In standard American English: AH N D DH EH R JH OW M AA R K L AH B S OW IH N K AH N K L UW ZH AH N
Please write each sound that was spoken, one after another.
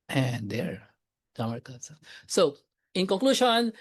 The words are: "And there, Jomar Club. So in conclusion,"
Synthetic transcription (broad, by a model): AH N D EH R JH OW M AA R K AH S S OW IH N K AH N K L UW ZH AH N